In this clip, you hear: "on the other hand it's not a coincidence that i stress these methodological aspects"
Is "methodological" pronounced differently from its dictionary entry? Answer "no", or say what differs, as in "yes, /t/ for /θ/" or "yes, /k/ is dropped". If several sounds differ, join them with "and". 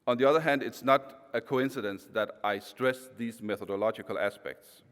no